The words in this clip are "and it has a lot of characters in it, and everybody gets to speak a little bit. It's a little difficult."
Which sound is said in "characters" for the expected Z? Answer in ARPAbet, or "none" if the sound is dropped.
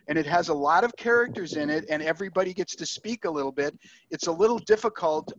Z